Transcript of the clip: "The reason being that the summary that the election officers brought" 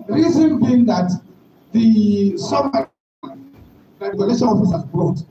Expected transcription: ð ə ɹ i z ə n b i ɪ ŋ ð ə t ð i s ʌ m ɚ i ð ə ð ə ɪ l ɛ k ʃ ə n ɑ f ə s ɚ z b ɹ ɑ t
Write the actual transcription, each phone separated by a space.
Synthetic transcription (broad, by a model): ɹ i z ə n b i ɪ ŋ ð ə t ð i s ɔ m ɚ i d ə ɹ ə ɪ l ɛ ʃ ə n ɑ f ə s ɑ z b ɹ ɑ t